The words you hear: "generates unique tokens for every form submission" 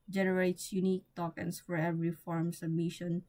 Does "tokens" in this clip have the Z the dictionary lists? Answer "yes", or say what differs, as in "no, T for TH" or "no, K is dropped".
no, S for Z